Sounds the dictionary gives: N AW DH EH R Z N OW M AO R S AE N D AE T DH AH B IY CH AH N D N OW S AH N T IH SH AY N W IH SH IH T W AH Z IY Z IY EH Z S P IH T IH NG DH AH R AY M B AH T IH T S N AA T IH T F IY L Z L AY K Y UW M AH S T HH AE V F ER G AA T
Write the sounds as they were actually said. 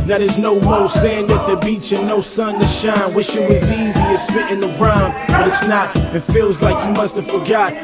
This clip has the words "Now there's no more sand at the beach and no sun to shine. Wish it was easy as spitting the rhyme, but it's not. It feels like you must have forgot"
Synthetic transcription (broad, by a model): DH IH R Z N OW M AO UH S AE N D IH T DH AH B IY CH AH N N OW S AH N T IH SH AY N W IH SH IH T W AH Z IY Z IY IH S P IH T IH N DH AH R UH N B AH T IH T S N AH T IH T F IY L Z L AY K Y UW M AH S T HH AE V F ER G AA T